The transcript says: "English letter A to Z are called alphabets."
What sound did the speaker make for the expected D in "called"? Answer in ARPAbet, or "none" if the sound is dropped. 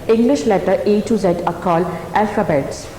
none